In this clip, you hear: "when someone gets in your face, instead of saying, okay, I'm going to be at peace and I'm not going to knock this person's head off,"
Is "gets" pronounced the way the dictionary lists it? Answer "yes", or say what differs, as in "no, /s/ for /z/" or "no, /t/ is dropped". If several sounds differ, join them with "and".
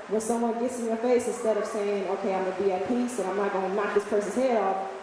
yes